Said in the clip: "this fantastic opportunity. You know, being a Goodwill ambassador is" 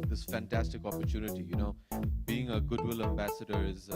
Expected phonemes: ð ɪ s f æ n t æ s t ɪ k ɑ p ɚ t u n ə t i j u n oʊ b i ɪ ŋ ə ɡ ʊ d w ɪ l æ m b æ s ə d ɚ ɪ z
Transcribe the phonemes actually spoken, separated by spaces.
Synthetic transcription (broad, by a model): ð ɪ s f æ n t æ s t ɪ k ɑ p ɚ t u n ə t i j u n oʊ b i ɪ ŋ ə ɡ ʊ d w ɪ l æ m b æ s ə d ɚ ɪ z